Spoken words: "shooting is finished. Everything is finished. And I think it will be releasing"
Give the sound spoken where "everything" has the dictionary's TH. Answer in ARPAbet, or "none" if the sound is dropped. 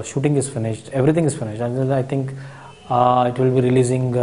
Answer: T